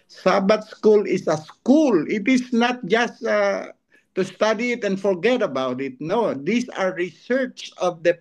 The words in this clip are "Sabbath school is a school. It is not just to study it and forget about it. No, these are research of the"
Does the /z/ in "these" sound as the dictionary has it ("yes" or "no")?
no